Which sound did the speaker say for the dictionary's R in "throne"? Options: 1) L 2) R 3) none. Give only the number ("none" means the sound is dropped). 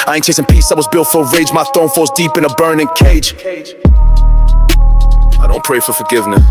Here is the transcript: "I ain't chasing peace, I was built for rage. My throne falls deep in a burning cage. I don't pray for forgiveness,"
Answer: 3